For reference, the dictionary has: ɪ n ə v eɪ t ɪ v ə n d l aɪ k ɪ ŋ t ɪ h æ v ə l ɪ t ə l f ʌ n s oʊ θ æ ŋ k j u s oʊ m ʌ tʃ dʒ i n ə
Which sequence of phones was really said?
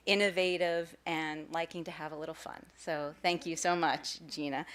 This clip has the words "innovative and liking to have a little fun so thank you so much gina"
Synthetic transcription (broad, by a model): ɪ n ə v eɪ t ɪ v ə n l aɪ k ɪ ŋ t ɪ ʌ v ə l ɪ t l f ʌ n s oʊ θ æ ŋ k j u s oʊ m ʌ tʃ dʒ i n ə